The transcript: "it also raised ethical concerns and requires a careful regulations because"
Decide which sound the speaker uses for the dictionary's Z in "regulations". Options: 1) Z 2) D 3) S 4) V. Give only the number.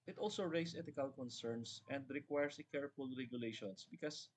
3